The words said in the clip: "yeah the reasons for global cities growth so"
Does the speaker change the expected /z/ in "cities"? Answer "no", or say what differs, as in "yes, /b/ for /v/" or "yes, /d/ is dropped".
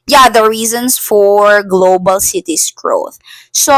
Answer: yes, /s/ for /z/